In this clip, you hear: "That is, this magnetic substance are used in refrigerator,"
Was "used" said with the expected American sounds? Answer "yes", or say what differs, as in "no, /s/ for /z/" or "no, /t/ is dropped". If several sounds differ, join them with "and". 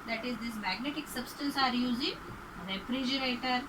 no, /d/ is dropped